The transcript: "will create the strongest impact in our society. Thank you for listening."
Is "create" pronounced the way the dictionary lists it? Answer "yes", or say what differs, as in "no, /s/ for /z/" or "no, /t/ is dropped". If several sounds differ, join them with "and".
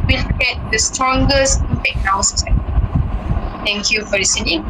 no, /ɹ/ is dropped